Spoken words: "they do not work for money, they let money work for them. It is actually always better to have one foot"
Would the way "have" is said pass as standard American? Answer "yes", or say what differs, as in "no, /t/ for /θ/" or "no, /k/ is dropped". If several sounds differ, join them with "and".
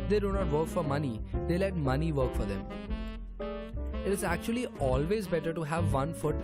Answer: yes